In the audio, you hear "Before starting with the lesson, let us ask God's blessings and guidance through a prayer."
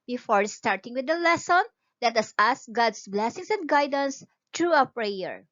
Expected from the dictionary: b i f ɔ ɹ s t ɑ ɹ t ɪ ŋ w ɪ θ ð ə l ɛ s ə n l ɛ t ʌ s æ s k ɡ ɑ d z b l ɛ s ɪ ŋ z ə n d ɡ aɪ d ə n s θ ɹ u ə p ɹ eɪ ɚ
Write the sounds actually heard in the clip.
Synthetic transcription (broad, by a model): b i f ɔ ɹ s t ɑ ɹ t ɪ ŋ w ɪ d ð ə l ɛ s ə n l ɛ t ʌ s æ s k ɡ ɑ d s b l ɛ s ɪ ŋ s ə n d ɡ aɪ d ə n s t ɹ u ə p ɹ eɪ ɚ